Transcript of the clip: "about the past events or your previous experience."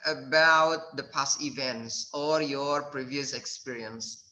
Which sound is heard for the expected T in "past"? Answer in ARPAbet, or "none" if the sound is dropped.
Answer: none